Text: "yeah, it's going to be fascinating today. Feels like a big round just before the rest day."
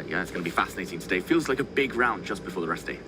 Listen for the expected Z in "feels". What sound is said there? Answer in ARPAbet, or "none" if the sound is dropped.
Z